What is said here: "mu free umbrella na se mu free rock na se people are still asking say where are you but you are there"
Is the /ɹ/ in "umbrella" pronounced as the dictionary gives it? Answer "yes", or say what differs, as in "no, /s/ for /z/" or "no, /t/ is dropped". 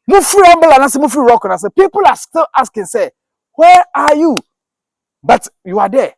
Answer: no, /ɹ/ is dropped